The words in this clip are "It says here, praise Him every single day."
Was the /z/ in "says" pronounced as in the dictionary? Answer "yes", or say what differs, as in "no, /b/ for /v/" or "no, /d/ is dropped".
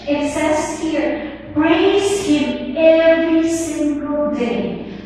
no, /s/ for /z/